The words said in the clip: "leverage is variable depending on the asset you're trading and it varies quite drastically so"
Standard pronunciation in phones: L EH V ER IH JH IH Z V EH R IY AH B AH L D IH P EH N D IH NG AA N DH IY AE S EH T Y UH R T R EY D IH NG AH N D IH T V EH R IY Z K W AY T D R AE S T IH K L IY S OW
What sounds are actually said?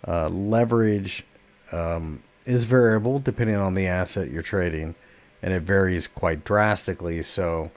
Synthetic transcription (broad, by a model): L EH V ER IH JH IH Z V EH R IY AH B L D IH P EH N D IH NG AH N DH IY AE S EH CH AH R T R EY D IH NG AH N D IH T V EH R IY Z K W AY T D R AE S T IH K L IY S OW